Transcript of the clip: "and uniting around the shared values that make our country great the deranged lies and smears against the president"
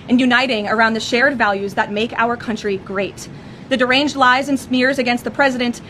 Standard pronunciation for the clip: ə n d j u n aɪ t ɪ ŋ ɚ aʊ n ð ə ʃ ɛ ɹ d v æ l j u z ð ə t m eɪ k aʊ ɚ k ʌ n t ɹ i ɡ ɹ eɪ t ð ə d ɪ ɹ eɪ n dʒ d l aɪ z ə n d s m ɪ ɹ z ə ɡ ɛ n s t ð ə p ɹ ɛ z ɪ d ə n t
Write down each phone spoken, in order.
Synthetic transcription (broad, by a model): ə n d j u n aɪ t ɪ ŋ ɚ aʊ n ð ə ʃ ɛ ɹ d v æ l j u z ð ə t m eɪ k aʊ ɚ k ʌ n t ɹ i ɡ ɹ eɪ t ð ə d ɪ ɹ eɪ n dʒ d l aɪ z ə n s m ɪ ɹ z ə ɡ ɛ n s t ð ə p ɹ ɛ z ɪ d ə n t